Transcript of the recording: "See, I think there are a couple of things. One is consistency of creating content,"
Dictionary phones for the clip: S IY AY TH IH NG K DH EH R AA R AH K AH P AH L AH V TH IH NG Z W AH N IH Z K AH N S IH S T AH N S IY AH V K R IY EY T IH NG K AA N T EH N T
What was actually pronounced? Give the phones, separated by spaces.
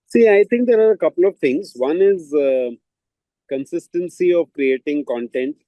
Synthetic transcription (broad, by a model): S IY AY T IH NG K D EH R AA R AH K AH P AH L AH V T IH NG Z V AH N IH Z K AH N S IH S T AH N S IY AH V K R IY EY T IH NG K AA N T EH N T